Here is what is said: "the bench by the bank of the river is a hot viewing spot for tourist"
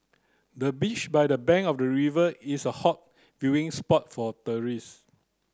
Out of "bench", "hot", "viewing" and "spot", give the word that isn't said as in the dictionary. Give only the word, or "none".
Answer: bench